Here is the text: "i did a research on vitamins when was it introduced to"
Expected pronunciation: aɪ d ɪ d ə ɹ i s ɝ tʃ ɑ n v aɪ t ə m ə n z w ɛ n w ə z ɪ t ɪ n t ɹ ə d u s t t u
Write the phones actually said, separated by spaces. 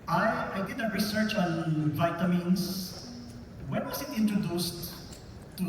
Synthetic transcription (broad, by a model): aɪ d ɪ d ə ɹ i s ɝ tʃ ɑ n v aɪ t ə m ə n s w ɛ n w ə s ɪ t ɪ n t ɹ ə d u s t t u